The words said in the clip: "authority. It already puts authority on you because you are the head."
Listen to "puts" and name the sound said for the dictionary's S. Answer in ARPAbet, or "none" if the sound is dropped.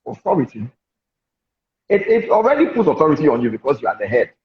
none